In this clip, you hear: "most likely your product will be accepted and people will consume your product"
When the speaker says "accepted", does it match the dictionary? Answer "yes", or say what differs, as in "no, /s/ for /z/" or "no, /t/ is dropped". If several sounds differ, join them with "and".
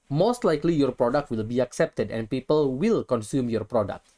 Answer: yes